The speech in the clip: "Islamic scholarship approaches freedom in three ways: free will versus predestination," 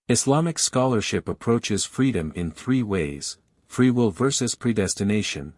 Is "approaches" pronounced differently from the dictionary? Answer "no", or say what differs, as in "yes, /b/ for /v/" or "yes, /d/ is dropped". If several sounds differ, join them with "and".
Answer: no